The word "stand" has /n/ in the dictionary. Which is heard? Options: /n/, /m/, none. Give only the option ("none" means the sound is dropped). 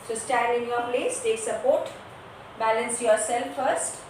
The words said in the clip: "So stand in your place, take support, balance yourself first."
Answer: none